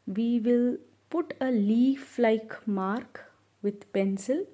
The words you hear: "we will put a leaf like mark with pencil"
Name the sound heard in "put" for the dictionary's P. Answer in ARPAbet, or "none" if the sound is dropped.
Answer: P